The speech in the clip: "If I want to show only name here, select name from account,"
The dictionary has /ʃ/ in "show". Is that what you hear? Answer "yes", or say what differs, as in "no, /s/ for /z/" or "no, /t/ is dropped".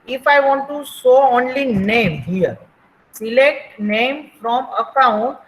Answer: no, /s/ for /ʃ/